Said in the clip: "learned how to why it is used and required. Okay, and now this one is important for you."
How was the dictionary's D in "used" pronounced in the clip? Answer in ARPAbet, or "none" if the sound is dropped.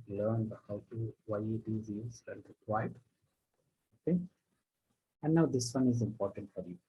none